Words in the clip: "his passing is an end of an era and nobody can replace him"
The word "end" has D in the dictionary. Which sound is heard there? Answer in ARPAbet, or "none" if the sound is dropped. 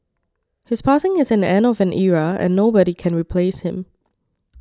none